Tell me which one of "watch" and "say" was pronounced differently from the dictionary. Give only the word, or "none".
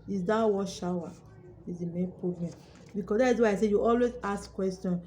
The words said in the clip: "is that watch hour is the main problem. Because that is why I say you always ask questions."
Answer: watch